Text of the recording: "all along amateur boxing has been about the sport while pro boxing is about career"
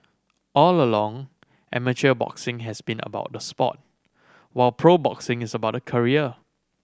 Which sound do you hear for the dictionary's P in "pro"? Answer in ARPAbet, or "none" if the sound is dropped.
P